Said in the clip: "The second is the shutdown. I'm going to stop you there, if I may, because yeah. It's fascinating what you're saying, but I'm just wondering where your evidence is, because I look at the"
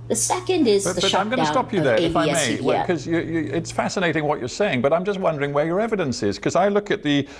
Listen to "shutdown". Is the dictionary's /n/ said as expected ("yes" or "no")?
no